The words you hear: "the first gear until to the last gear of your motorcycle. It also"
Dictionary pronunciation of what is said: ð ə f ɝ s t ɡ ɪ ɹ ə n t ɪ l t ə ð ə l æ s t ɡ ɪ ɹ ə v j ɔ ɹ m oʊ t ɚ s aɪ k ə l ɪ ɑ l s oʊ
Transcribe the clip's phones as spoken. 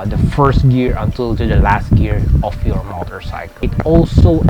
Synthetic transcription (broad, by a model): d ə f ɝ s t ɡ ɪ ɹ ə n t ɪ l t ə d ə l æ s t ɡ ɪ ɹ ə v j ɔ ɹ m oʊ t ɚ s aɪ k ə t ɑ l s oʊ